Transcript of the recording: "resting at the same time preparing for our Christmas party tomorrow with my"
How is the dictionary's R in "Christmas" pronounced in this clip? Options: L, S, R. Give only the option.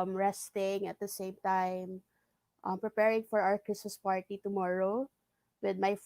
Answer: R